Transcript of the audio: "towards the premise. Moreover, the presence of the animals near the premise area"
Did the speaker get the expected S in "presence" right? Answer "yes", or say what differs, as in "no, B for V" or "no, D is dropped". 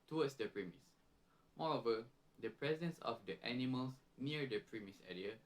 yes